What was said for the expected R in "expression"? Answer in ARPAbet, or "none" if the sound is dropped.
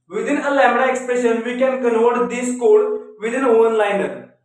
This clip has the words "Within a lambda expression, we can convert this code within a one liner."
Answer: R